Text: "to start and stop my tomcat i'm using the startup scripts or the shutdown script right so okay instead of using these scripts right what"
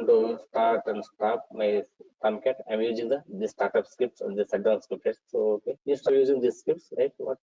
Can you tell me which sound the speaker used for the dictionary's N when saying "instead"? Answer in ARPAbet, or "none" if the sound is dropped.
none